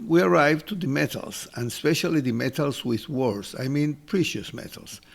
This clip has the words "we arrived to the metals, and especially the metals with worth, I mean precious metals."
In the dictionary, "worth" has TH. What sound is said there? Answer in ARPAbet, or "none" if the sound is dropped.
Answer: S